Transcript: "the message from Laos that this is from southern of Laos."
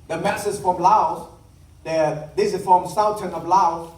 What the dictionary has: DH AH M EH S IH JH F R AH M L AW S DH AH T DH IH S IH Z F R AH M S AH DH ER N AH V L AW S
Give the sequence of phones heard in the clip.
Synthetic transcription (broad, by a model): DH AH M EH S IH Z F R AH M L AW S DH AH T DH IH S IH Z F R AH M S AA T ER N AH V L AW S